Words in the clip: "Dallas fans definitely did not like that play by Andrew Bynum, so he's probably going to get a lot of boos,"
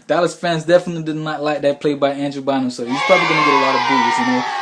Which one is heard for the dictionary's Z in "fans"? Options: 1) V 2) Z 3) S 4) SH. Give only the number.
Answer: 2